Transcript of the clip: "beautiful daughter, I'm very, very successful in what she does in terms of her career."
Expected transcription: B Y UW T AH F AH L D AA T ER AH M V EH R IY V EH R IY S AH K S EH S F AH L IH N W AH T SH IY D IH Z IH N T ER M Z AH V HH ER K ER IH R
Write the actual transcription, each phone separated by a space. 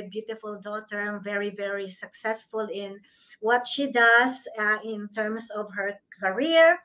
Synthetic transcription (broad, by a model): B Y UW T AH F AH L D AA T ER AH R V EH R IY V EH R IY S AH K S EH S F AH L IH N W AH T SH IY D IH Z IH N T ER M S AH V HH ER K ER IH R